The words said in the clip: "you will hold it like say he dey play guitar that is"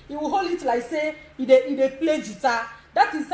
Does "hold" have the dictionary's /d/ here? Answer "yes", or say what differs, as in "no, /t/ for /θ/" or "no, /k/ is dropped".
no, /d/ is dropped